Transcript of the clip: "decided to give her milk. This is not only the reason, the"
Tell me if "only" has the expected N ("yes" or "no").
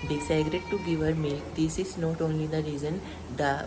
yes